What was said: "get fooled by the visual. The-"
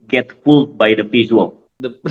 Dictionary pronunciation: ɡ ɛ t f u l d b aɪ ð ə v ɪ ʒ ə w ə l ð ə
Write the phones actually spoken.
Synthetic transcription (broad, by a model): ɡ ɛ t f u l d b aɪ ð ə p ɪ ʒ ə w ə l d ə